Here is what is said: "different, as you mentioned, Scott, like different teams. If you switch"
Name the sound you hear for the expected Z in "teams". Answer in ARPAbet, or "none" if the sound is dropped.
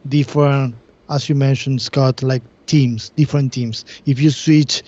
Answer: S